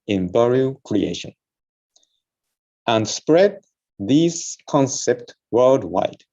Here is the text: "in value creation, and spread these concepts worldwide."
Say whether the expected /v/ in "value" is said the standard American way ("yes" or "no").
no